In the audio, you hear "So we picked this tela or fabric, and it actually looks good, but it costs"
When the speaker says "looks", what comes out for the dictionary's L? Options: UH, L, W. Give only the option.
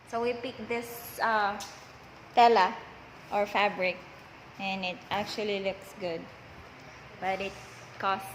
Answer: L